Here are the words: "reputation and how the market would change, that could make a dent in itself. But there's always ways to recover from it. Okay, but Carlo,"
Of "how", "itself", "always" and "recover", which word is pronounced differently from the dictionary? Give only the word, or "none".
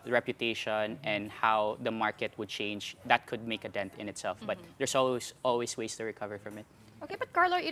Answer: always